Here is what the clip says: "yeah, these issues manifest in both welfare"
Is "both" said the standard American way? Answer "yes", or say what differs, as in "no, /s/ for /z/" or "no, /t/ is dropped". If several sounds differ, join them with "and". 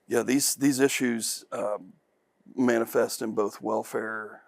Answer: yes